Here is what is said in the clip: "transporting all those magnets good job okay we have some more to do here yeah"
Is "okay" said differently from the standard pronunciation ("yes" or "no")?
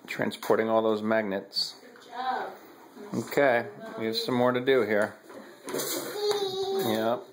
no